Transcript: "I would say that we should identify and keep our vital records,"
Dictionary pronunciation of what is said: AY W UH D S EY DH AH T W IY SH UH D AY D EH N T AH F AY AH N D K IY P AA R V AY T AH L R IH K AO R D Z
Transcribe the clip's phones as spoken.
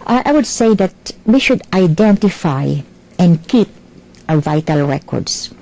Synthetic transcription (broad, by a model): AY W UH D S EY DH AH T W IY SH UH D AY D EH N T AH F AY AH N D K IY P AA V AY T AH L R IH K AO R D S